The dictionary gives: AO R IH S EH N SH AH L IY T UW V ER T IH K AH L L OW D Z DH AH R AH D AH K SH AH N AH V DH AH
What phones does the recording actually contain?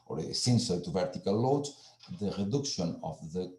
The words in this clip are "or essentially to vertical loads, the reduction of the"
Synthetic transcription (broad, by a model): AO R S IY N S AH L T UW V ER T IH K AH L L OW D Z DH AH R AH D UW K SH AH N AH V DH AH